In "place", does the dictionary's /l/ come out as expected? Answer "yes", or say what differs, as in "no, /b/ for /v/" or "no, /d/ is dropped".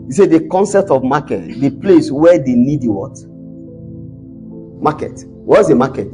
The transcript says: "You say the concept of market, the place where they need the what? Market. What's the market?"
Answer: yes